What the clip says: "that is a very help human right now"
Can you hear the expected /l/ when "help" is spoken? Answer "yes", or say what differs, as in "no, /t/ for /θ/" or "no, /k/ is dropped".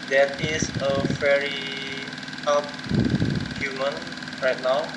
no, /l/ is dropped